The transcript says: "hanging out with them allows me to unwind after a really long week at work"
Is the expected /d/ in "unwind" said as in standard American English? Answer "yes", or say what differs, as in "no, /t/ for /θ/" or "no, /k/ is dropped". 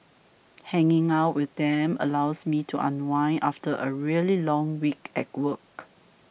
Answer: no, /d/ is dropped